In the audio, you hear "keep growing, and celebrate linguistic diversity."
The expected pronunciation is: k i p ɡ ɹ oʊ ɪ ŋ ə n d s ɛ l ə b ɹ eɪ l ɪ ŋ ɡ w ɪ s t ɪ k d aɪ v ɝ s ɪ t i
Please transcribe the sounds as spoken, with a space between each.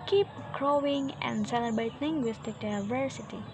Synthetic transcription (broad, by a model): k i p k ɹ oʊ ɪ ŋ ə n d s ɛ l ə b eɪ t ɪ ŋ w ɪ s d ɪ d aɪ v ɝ s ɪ t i